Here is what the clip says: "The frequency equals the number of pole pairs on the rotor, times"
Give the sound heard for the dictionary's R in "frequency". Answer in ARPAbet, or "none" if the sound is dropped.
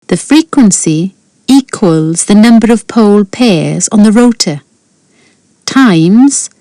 R